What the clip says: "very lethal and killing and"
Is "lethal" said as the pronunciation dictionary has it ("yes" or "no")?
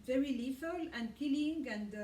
no